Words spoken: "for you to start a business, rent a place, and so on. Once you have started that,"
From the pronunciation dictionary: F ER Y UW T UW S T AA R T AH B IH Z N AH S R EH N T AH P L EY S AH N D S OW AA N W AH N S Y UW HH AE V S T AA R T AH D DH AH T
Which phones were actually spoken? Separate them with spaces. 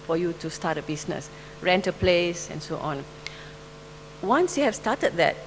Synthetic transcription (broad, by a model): F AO Y UW T UW S T AA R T AH B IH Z N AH S R EH N T AH P L EY S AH N S OW AA N W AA N S Y UW HH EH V S T AA T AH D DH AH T